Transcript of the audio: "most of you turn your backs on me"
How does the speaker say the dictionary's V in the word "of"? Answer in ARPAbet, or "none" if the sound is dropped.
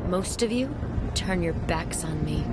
V